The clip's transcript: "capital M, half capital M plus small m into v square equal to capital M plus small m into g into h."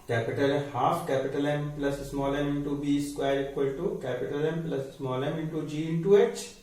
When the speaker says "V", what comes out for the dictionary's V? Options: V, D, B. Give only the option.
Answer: B